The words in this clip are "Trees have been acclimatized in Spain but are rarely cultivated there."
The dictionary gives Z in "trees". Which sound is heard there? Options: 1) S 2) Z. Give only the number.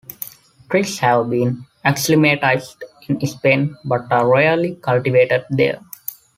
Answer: 1